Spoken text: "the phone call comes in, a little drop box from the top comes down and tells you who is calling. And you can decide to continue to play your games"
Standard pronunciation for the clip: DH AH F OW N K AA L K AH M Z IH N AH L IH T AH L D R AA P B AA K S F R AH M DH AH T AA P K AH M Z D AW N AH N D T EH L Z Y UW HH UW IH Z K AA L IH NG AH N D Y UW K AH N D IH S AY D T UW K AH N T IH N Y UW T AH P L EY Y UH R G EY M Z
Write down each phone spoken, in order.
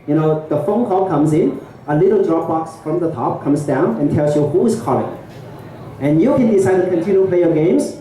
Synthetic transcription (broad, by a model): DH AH F OW N K AA L K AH M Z IH N AH L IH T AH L D R AA P B AA K S F R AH M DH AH T AA P K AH M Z D AW N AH N T EH L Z Y UW HH UW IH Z K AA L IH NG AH N Y UW K AH N D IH S AY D T UW K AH N T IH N Y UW P L EY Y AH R G EY M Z